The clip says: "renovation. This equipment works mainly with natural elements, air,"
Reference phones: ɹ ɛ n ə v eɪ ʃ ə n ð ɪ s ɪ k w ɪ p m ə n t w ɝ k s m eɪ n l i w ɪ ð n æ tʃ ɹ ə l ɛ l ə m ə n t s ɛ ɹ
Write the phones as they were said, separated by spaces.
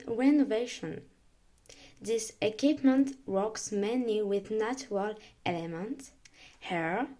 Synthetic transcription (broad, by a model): ɹ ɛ n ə v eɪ ʃ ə n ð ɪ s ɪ k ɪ p m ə n t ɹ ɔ k s m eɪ n i w ɪ ð n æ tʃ ɹ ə l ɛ l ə m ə n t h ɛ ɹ